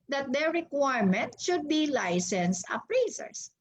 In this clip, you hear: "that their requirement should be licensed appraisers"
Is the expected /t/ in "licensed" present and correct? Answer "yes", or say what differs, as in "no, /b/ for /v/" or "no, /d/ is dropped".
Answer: no, /t/ is dropped